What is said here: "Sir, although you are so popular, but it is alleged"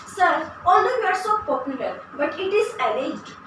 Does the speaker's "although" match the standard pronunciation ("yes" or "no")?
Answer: no